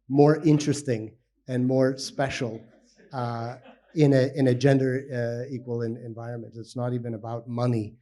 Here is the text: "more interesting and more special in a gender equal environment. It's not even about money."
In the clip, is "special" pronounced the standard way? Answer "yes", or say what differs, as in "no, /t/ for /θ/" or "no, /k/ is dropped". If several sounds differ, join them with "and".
no, /n/ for /l/